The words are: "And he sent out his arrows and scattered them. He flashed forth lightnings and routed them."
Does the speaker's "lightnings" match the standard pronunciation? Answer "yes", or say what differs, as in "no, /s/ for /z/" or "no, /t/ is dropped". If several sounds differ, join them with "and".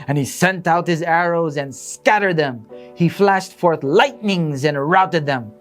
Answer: yes